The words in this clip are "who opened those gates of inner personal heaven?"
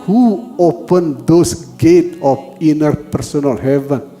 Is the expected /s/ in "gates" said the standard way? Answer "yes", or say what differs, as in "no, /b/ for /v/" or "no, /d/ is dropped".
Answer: no, /s/ is dropped